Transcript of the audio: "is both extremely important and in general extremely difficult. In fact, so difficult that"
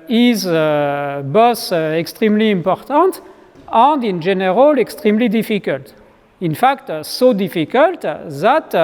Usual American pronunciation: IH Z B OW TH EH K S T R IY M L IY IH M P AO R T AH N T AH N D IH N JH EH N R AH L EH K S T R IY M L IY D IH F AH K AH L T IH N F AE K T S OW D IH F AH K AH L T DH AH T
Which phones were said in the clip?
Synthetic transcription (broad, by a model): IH Z B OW S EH K S T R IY M L IY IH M P AO R T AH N T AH N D IH N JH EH N R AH L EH K S T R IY M L IY D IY F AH K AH L T IH N F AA K T S OW D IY F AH K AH L T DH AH T